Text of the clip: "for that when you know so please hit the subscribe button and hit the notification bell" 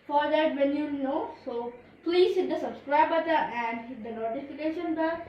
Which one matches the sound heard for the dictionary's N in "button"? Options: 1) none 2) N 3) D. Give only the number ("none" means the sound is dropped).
1